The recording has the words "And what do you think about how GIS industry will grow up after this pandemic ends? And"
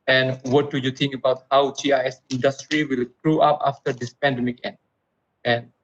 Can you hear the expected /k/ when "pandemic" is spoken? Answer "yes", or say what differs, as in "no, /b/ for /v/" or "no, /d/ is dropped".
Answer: yes